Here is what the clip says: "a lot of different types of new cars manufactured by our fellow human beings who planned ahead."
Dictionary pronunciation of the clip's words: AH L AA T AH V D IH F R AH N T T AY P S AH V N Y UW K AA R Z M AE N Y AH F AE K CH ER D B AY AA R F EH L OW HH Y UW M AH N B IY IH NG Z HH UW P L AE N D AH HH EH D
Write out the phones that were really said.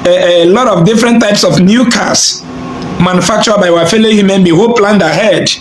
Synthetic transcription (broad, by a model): L AA T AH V D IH F R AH N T T AY P S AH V N Y UW K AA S M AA N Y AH F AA K CH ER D B AY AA F EH L OW HH Y UW M AH N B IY HH UW P L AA N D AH HH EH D